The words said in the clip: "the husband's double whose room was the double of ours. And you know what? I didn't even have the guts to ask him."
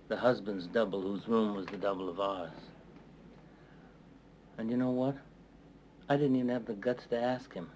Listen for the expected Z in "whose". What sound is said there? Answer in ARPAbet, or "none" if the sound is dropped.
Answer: Z